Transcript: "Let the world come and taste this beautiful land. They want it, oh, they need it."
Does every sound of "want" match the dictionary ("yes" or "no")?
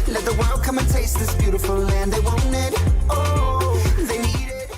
no